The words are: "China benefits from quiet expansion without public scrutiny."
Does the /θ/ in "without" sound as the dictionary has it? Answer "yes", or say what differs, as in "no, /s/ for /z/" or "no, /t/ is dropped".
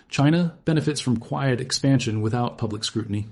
yes